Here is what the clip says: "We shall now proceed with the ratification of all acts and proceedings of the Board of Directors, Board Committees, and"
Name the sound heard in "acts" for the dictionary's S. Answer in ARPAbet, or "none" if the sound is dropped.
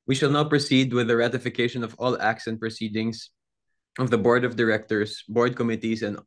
S